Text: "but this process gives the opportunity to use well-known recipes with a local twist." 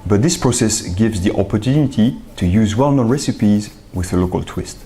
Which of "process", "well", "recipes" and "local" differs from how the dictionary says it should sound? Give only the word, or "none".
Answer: none